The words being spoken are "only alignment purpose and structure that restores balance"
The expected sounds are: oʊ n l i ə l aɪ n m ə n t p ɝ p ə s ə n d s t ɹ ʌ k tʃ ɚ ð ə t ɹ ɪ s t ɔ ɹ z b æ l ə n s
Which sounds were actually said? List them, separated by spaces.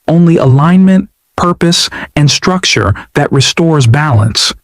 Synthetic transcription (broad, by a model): oʊ n l i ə l aɪ n m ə n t p ɝ p ə s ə n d s t ɹ ʌ k tʃ ɚ ð ə t ɹ ɪ s t ɔ ɹ z b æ l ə n s